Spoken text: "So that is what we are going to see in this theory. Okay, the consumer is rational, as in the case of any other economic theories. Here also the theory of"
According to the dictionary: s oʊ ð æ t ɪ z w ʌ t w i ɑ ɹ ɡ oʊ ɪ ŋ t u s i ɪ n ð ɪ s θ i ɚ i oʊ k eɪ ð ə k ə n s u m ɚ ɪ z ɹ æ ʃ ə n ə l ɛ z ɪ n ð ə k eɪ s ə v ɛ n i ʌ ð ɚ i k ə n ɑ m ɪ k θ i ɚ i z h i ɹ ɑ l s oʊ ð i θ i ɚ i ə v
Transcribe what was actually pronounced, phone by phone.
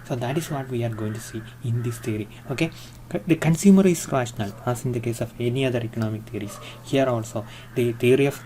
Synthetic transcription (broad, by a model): s oʊ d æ t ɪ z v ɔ t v i ɑ ɹ ɡ oʊ ɪ ŋ t u s i ɪ n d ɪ s t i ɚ i oʊ k eɪ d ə k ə n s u m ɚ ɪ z ɹ æ ʃ ə n ə l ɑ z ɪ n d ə k eɪ s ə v ɛ n i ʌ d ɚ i k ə n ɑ m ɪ k t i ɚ i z h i ɹ ɑ l s oʊ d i t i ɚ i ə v